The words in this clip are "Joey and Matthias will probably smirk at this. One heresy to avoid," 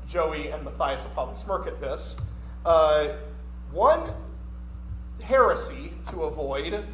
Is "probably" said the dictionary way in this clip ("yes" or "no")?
no